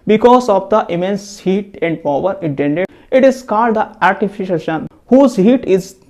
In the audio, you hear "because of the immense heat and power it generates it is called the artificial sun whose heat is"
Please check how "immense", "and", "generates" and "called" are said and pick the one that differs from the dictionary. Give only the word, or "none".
generates